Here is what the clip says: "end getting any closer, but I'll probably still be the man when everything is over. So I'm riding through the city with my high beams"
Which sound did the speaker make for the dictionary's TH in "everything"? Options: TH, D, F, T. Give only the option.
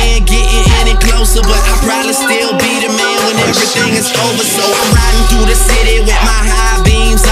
TH